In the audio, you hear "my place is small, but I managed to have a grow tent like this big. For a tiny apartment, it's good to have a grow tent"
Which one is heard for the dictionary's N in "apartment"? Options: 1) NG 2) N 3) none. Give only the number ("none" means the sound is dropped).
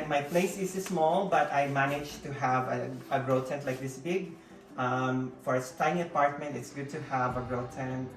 2